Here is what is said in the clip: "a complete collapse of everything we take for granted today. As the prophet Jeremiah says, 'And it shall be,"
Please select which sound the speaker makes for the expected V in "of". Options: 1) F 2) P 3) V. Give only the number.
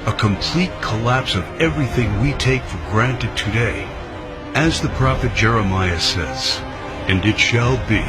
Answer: 3